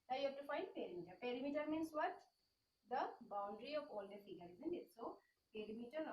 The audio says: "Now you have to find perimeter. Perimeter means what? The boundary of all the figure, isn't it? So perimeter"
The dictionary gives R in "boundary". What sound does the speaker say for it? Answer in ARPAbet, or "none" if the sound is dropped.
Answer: R